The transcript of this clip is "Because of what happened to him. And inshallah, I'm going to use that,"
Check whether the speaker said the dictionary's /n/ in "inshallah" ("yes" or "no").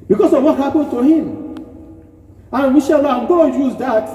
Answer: no